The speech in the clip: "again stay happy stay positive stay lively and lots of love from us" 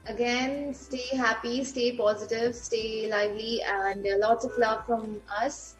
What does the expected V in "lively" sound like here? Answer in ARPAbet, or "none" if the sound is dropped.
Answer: V